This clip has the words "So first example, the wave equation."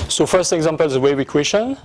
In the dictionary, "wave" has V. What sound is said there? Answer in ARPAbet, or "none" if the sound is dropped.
W